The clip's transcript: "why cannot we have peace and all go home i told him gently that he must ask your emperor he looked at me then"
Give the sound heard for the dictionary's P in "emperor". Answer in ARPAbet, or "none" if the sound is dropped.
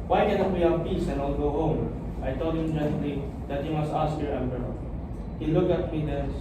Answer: B